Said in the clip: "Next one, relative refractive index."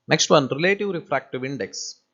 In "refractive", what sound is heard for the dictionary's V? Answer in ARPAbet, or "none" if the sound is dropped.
V